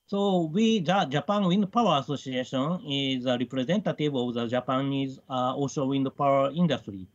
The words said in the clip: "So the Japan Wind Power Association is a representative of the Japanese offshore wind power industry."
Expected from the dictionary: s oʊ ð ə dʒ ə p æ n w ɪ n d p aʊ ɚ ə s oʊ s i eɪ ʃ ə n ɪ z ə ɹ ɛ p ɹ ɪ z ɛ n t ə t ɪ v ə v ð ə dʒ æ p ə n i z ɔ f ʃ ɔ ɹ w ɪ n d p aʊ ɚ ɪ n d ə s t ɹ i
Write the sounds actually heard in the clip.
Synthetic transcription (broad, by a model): s oʊ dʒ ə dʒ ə p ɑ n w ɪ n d p aʊ ɚ ə s oʊ s i eɪ ʃ ə n ɪ z ə ɹ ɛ p ɹ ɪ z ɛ n t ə t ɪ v ə v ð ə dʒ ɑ p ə n i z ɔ ʃ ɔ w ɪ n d p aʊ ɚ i n d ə s t ɹ i